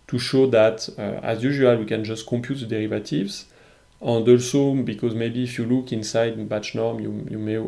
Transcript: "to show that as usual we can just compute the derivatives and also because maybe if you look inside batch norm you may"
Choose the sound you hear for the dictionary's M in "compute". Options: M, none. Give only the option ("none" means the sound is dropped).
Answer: M